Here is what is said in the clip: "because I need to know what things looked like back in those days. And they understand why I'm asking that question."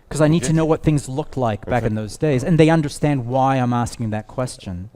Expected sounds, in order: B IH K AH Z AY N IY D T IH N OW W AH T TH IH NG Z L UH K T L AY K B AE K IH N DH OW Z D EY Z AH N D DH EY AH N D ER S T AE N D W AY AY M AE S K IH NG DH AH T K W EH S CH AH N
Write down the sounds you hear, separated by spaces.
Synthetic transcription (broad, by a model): K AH Z AY N IY D T IH N OW W AH T TH IH NG Z L UH K T L AY K B AE K IH N DH OW Z D EY Z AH N DH EY AH N D ER S T AE N D W AY AY M AE S K IH NG DH AH T K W EH S CH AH N